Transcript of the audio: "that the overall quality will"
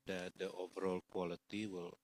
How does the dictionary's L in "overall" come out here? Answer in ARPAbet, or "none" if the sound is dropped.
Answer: L